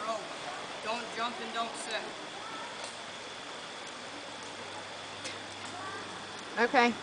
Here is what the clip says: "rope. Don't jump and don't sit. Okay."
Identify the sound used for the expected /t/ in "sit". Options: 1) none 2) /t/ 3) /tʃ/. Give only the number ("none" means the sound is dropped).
1